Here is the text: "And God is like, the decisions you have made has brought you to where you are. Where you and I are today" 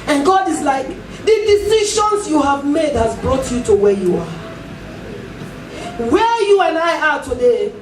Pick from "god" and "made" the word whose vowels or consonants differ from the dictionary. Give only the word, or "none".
none